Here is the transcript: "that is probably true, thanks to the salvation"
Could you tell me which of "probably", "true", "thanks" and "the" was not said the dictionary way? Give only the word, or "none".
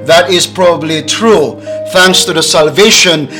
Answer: none